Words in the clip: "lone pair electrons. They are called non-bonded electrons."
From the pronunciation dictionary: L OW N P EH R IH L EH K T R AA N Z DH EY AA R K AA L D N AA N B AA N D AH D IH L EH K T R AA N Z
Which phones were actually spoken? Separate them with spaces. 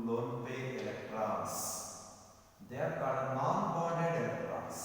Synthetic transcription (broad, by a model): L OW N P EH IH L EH K T R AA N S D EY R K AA D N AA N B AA D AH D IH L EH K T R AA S